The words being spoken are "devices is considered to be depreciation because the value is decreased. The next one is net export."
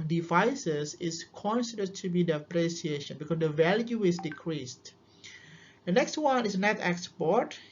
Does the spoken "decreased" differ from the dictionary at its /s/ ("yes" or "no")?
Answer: no